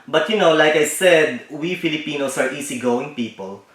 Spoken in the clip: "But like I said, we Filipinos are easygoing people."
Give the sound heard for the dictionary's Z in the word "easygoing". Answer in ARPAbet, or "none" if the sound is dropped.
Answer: S